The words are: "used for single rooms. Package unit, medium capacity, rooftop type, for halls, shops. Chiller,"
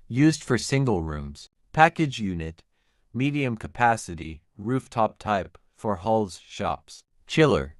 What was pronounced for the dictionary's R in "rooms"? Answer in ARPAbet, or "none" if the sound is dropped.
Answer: R